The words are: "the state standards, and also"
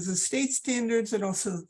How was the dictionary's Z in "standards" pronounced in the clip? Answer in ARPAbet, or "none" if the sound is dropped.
Z